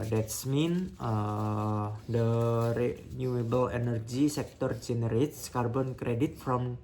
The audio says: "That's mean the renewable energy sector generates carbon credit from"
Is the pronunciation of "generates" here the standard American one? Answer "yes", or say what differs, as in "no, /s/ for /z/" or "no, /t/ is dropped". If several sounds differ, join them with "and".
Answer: yes